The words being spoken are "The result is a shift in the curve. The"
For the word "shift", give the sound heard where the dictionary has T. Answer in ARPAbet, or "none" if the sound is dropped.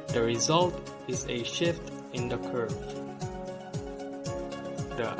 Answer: T